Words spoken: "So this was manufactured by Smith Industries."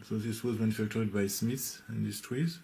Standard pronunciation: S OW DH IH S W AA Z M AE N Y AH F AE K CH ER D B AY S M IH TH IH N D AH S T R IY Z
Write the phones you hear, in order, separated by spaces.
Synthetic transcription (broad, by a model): S OW DH IH S W AA Z M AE N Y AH F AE K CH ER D B AY S M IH S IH N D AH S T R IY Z